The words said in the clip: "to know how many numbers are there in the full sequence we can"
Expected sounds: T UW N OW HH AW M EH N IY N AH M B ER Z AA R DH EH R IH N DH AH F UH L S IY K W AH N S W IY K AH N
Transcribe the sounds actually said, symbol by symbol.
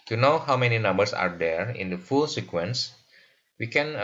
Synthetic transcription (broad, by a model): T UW N OW HH AW M EH N IY N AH M B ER S AA R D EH R IH N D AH F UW L S IY K W AH N S W IY K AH N